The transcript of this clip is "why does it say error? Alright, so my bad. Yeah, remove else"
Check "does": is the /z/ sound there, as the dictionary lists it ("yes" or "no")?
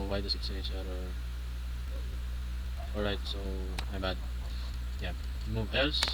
no